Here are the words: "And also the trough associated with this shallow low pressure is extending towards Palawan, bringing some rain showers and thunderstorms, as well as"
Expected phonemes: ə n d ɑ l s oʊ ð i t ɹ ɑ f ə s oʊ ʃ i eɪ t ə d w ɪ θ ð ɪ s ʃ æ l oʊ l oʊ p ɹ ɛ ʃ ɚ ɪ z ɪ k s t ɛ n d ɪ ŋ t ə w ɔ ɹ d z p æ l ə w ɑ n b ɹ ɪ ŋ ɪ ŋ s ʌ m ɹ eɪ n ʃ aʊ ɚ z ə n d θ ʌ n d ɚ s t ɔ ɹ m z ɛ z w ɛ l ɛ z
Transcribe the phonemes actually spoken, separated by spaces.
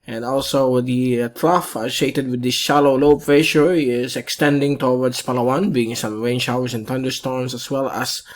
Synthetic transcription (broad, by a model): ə n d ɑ l s oʊ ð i t ɹ ɑ f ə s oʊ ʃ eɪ t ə d w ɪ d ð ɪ s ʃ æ l oʊ l oʊ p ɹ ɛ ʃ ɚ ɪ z ɪ k s t ɛ n d ɪ ŋ t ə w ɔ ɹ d s p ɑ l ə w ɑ n b i ɪ ŋ s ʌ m ɹ eɪ n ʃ aʊ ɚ s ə n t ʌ n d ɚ s t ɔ ɹ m s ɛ s w ɛ l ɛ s